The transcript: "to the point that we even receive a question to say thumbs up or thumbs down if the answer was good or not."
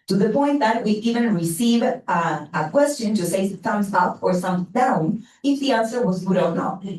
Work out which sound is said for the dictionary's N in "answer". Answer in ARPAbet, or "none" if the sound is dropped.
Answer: N